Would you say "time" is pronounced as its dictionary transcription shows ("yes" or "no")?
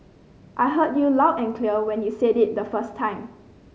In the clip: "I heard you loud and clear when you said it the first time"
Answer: yes